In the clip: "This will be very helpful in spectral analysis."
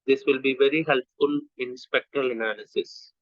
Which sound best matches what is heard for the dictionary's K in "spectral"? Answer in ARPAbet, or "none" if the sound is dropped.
K